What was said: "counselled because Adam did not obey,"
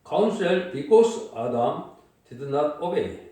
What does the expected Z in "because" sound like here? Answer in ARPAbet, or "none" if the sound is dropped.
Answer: S